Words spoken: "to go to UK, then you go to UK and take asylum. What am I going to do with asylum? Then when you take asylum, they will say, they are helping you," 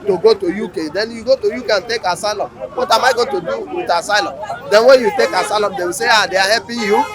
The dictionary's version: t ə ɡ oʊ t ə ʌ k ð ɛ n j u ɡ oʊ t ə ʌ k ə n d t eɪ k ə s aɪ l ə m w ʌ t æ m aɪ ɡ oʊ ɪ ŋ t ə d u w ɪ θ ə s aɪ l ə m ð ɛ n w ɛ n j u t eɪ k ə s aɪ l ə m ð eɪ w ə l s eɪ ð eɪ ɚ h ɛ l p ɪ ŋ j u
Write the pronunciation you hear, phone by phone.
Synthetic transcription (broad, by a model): t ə ɡ oʊ t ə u k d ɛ n j u ɡ oʊ t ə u k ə n t eɪ k ə s aɪ l ə m w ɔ t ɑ m aɪ ɡ oʊ t ə d u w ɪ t ə s aɪ l ə m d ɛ n w ɛ n j u t eɪ k ə s aɪ l ə m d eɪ w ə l s eɪ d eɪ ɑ h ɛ p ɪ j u